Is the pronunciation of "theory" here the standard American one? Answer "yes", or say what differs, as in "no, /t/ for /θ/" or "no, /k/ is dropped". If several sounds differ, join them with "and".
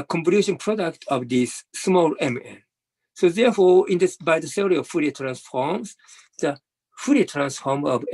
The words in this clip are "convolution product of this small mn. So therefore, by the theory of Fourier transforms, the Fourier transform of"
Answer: no, /s/ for /θ/